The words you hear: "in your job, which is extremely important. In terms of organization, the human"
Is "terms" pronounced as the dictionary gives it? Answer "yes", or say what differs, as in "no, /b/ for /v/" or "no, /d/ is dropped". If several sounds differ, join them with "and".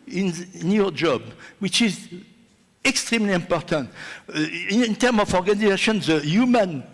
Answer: no, /z/ is dropped